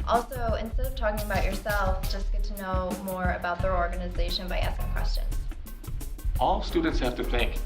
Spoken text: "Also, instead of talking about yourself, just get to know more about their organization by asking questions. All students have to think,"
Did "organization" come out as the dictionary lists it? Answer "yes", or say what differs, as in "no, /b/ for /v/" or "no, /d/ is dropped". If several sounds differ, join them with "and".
yes